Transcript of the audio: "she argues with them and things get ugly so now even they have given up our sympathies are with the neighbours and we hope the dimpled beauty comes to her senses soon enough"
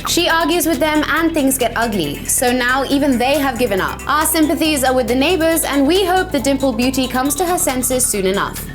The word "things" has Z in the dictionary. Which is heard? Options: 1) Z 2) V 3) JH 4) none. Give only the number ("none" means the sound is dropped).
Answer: 1